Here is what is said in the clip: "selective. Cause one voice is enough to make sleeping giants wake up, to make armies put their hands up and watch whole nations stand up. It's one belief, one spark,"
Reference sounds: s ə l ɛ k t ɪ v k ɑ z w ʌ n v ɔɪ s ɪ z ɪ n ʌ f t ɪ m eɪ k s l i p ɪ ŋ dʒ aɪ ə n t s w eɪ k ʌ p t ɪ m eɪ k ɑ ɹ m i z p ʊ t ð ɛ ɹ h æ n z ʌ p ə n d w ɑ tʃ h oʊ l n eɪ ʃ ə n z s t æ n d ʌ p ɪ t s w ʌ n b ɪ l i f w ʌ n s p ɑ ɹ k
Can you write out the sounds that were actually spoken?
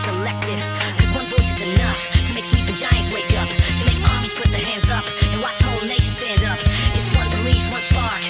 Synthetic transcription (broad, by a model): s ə l ɛ k t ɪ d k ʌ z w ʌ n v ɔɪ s ɪ z ɪ n ʌ f t ɪ m eɪ k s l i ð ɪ dʒ aɪ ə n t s w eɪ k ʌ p t ɪ m eɪ k ɑ ɹ m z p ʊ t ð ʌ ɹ h æ n z ʌ p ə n w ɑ s h oʊ l n eɪ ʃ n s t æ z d ʌ p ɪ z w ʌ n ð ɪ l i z w ʌ n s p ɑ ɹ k